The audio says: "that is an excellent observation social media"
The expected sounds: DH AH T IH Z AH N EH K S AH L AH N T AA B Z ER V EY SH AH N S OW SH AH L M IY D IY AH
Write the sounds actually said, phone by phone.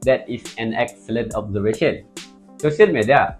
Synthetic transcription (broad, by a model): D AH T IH S AH N EH K S AH L AH N T AA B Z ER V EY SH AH N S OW S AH N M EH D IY